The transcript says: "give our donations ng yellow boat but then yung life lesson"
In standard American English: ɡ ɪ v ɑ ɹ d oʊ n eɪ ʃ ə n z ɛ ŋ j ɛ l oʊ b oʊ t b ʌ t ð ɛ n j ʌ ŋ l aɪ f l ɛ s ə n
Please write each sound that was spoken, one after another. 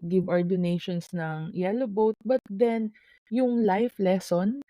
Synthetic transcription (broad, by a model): ɡ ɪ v ɑ ɹ d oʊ n eɪ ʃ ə n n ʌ ŋ j ɛ l oʊ b oʊ t b ʌ t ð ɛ n j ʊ ŋ l aɪ f l ɛ s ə n